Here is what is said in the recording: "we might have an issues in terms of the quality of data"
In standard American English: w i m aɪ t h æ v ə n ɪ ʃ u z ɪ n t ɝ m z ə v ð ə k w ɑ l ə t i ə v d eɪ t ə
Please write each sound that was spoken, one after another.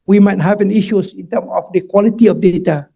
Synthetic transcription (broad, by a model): w i m aɪ t h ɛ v ə n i ʃ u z ɪ n t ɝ m ə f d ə k w ɑ l ə t i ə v d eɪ t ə